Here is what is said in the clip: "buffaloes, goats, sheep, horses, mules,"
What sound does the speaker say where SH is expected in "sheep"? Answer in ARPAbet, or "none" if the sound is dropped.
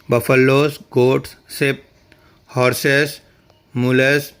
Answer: S